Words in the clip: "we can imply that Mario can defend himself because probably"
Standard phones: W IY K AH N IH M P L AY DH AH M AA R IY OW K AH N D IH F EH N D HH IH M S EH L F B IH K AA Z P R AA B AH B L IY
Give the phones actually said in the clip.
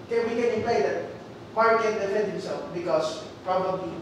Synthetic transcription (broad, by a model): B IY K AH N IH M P AY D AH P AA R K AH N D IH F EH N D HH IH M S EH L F B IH K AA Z P R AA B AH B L IY